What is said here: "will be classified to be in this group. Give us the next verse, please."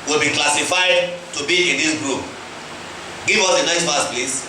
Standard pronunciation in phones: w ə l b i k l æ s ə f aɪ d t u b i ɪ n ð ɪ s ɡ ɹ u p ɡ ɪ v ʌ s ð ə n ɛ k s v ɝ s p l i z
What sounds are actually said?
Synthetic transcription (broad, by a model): w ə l b i k l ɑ s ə f aɪ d t u b i ɪ n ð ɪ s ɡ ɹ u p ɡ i v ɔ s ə n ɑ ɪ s f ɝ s p l i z